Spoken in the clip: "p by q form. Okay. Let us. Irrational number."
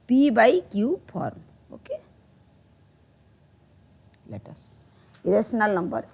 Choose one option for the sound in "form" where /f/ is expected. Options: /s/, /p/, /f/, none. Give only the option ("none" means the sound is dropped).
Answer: /p/